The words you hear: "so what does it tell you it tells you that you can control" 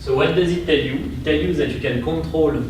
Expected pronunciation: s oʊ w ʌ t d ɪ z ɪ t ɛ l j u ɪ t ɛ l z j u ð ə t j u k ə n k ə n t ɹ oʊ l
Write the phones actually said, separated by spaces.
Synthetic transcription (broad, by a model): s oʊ w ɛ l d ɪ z ɪ t ɛ l j u ɪ t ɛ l j u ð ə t j u k ə n k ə t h oʊ l